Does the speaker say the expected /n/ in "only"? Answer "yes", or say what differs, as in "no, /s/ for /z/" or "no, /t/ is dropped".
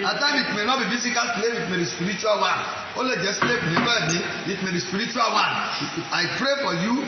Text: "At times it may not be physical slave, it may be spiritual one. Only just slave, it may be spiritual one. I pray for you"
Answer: no, /n/ is dropped